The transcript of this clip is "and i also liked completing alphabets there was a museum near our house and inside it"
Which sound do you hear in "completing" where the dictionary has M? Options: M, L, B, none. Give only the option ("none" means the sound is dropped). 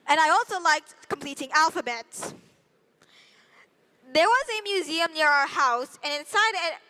M